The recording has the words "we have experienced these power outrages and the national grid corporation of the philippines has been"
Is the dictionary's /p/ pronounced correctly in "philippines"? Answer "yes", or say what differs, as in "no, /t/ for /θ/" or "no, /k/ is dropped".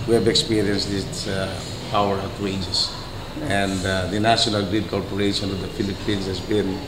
no, /f/ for /p/